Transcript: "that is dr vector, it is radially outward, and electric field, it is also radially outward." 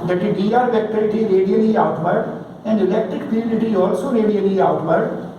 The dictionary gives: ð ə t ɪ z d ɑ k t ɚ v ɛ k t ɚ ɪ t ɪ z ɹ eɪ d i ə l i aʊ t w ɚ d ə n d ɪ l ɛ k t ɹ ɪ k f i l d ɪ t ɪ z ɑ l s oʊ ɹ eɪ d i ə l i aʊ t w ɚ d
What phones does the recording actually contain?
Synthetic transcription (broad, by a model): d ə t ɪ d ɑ t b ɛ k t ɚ ɪ t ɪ ɹ eɪ d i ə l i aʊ t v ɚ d ə n d ɪ l ɛ k t ɹ ɪ k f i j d ɪ t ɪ ɑ l s oʊ ɹ eɪ d i ə l i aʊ t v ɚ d